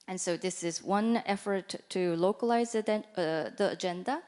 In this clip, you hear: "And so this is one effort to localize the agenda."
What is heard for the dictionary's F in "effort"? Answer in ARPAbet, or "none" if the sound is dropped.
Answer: F